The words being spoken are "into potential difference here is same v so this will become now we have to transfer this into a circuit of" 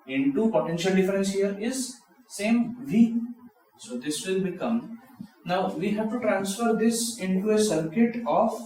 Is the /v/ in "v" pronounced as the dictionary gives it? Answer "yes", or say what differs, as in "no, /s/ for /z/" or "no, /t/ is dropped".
yes